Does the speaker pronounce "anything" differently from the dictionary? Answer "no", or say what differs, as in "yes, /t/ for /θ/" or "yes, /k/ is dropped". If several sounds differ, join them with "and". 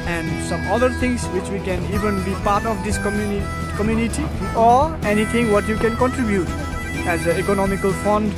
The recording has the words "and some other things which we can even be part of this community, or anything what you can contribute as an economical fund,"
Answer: yes, /t/ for /θ/